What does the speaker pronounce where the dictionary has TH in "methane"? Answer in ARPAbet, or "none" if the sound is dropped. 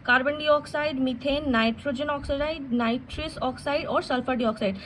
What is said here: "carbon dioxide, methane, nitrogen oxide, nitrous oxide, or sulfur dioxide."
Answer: T